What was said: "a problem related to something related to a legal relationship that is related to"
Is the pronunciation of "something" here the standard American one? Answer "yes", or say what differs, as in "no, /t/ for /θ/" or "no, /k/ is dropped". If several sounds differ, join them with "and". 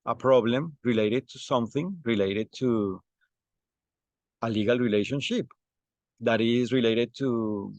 yes